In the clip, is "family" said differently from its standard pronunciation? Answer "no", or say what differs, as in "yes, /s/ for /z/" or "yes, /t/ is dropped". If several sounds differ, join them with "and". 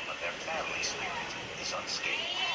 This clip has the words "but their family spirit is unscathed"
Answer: yes, /m/ is dropped